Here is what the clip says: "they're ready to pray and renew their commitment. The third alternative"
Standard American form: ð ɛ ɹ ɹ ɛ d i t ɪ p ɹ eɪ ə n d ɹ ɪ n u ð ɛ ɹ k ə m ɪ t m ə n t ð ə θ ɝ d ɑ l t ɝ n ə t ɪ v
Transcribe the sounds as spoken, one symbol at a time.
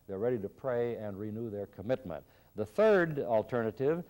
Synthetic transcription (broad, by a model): ð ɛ ɹ ɹ ɛ d i t ɪ p ɹ eɪ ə n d ɹ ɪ n u ð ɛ ɹ k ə m ɪ t m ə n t ð ə θ ɝ d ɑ l t ɝ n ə t ɪ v